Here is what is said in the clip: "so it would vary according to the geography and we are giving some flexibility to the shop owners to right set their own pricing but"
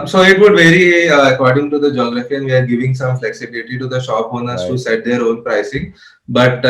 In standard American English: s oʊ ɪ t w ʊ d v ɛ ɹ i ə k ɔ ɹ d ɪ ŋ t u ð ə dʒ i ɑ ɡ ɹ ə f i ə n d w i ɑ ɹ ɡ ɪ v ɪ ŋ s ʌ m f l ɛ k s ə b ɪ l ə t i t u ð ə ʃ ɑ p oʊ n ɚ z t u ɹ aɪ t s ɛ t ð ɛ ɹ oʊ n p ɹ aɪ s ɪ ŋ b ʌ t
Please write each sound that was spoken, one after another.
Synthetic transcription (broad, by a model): s oʊ ɪ t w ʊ d v ɛ ɹ i ə k ɔ ɹ d ɪ ŋ t u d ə dʒ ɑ ɡ ɹ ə f i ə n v i ɑ ɹ ɡ ɪ v ɪ ŋ s ʌ m f l ɛ k s ə b ɪ l ə t i t u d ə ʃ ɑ p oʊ n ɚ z t u s ɛ t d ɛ ɹ oʊ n p ɹ aɪ s ɪ ŋ b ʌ t